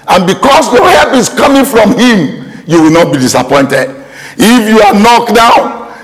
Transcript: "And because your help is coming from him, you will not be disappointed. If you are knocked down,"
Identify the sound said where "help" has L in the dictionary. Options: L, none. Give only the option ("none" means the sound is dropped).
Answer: none